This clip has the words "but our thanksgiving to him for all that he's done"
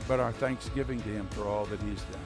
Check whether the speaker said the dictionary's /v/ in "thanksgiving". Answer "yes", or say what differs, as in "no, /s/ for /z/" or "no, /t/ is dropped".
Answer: yes